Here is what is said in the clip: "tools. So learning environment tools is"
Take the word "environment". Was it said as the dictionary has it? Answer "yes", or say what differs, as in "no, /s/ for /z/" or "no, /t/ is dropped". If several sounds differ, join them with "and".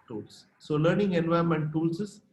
no, /ɹ/ is dropped